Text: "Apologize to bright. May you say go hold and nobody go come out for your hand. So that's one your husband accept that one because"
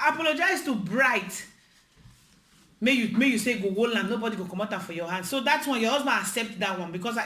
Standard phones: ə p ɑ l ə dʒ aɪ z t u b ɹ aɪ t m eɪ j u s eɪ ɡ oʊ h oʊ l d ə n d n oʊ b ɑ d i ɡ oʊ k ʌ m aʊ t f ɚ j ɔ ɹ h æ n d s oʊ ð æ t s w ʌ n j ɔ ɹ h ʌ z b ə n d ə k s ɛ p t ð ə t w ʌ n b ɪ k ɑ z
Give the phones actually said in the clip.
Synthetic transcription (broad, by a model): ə p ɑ l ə dʒ aɪ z t u b ɹ aɪ t m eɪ j u s eɪ ɡ oʊ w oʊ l ə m n oʊ b ɑ d i ɡ oʊ k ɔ m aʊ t f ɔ j ɔ h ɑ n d s oʊ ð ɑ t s w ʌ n j ɔ h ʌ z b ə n ə k s ɛ p t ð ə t w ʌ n b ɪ k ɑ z